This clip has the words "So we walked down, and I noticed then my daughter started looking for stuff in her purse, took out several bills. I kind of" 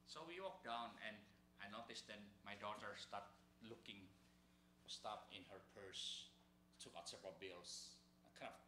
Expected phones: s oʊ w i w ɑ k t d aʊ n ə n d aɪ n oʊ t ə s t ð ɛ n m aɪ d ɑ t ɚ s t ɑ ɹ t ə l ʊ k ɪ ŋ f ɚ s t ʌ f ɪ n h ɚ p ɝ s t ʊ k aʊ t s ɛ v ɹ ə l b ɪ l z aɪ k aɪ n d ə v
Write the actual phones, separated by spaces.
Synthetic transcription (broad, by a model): s oʊ w i w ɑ k d aʊ n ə n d aɪ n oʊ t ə s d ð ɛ n m aɪ d ɑ t ɚ s t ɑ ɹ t l ʊ k ɪ ŋ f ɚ s t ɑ p ɪ n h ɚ p ɝ s t ʊ k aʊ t s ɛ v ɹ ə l b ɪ l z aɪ k aɪ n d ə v